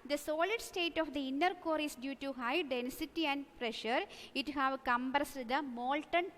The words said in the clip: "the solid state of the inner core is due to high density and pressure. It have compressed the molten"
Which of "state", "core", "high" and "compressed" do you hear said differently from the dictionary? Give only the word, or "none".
compressed